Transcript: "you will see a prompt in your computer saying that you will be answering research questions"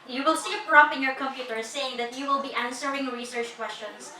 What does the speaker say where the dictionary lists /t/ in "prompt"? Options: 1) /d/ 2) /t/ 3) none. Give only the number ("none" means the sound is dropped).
3